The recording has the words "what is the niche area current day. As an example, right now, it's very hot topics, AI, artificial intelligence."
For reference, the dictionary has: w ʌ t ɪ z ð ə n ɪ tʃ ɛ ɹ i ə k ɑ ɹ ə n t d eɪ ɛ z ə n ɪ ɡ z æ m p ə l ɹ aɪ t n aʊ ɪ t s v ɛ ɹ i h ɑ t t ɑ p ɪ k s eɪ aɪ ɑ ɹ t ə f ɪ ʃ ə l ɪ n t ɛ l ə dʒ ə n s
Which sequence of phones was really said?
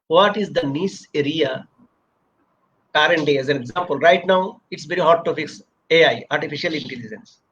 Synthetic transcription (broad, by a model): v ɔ t ɪ z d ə n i s ɛ ɹ i ə k ɑ ɹ ə n t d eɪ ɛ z ə n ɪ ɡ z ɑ m p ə l ɹ aɪ t n aʊ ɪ t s v ɛ ɹ i h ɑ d t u f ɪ k s eɪ aɪ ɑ ɹ t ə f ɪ ʃ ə l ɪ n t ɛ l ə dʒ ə n s